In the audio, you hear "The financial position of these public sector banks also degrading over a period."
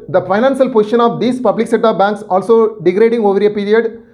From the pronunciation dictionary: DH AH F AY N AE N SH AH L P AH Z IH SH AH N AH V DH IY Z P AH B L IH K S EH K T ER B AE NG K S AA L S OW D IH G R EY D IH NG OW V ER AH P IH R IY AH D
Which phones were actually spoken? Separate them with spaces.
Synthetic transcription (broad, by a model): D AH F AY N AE N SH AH L P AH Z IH SH AH N AH V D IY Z P AH B L IH K S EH T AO B AE NG K S AA L S OW D IH G R EY D IH NG OW V ER AH P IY R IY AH D